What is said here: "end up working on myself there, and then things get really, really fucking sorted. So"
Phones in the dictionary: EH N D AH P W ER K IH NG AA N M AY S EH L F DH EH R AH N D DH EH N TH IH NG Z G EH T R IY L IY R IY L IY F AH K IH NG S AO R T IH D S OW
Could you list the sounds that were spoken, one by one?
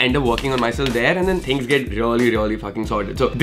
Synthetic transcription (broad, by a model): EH N D AH P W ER K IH NG AA N M AY S EH L F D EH R AH N D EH N T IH NG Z G EH T R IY L IY R IY L IY F AH K IH NG S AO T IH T S OW